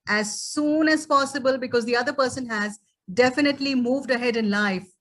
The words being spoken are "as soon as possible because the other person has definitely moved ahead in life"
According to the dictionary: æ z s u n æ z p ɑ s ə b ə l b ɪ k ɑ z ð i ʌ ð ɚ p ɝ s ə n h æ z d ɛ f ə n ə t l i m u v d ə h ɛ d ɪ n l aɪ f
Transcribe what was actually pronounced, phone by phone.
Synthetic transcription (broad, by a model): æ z s u n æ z p ɑ s ə b ə l b ɪ k ɑ z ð i ʌ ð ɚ p ɝ s ə n h æ z d ɛ f ə n ə t l i m u v d ə h ɛ d ɪ n l aɪ f